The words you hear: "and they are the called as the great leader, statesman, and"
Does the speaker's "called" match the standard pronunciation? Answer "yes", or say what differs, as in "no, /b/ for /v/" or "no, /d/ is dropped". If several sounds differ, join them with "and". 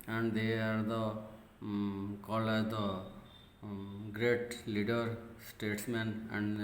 no, /d/ is dropped